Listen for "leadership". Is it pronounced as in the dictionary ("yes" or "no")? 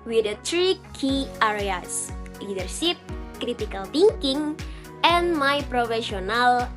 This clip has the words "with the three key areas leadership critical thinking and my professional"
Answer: no